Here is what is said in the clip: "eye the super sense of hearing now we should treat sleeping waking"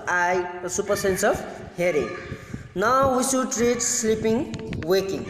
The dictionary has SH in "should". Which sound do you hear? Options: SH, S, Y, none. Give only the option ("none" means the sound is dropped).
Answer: S